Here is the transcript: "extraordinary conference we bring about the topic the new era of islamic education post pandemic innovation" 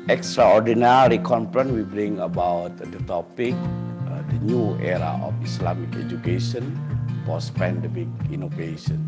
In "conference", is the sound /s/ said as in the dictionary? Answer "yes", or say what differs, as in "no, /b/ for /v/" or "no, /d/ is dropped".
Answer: no, /s/ is dropped